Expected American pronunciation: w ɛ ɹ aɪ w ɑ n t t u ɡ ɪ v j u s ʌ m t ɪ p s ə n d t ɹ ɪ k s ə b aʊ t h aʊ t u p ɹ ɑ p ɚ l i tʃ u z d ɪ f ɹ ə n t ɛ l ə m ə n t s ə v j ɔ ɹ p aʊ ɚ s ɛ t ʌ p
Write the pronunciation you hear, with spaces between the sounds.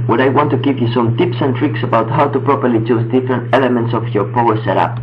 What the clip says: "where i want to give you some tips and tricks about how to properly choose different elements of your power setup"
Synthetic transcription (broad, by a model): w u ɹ aɪ w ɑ n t t u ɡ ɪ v j u s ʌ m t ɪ p s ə n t ɹ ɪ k s ə b aʊ t h aʊ t u p ɹ ɑ p ɚ l i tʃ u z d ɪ f ɹ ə n t ɛ l ə m ə n t s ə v j ɔ ɹ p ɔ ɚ s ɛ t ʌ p